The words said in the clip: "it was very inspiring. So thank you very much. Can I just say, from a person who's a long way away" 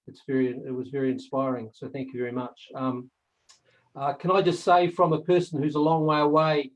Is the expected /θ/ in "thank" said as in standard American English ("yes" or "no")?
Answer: yes